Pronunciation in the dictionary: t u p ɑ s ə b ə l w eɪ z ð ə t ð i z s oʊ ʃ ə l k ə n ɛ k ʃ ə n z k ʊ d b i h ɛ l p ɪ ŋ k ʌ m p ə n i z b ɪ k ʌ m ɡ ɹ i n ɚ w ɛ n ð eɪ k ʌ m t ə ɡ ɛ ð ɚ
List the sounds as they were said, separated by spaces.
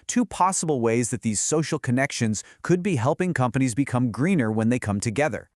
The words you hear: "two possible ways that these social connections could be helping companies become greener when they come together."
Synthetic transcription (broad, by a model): t u p ɑ s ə b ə l w eɪ z ð ə t ð i z s oʊ ʃ l k ə n ɛ k ʃ ə n z k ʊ d b i h ɛ l p ɪ ŋ k ʌ m p ə n i z b ɪ k ʌ m ɡ ɹ i n ɚ w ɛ n ð eɪ k ʌ m t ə ɡ ɛ ð ɚ